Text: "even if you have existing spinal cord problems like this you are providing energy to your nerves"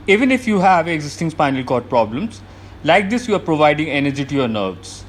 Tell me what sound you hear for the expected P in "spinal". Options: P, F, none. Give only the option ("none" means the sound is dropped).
P